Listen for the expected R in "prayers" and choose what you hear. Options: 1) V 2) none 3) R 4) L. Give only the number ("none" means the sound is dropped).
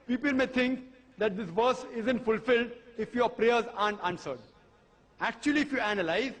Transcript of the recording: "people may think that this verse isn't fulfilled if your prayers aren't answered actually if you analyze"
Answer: 3